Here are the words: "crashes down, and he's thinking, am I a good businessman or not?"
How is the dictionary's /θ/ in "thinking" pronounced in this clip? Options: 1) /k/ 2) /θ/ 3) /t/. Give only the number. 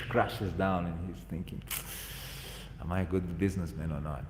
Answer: 2